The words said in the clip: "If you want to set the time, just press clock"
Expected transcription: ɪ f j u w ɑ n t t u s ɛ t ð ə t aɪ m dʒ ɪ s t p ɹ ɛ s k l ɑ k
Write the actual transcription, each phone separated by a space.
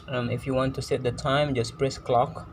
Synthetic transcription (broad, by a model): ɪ f j u w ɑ n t t u s ɛ t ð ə t aɪ m dʒ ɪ s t p ɹ ɛ s k l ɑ k